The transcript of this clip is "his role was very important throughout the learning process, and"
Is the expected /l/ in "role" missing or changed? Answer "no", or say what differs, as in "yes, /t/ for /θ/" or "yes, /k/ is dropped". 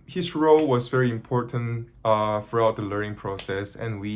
no